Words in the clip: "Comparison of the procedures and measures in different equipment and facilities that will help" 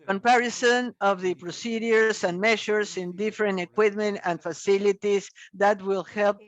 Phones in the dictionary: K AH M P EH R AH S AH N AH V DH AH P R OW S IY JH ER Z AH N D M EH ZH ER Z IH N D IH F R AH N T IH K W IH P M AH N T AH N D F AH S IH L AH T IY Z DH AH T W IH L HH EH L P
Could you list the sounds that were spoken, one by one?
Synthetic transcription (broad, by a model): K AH M P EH R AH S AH N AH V DH AH P R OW S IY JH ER S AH N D M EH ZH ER S IH N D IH F R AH N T IH K W IH P M AH N T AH N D F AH S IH L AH T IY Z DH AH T W IH L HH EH L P